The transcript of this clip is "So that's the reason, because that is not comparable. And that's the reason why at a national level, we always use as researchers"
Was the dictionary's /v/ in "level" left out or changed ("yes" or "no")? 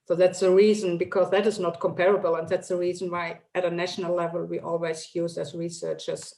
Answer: no